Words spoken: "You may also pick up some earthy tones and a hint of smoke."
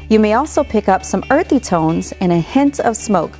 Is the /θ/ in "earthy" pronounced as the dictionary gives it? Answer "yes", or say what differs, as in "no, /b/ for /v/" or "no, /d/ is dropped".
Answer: yes